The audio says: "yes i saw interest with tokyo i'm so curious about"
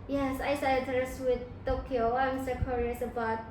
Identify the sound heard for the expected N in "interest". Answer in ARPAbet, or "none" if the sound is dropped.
none